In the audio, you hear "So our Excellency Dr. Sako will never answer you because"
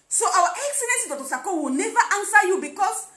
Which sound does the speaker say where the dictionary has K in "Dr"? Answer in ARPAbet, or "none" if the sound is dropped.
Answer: none